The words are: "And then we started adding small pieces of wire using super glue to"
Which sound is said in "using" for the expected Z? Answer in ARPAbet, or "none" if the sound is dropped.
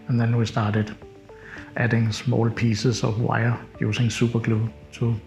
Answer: S